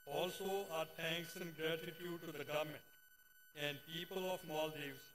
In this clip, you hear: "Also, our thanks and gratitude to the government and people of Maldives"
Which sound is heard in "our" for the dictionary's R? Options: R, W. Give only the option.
R